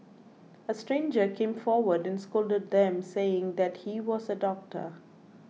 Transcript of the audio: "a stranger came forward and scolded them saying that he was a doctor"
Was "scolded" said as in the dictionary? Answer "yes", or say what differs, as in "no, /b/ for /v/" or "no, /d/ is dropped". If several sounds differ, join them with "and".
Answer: yes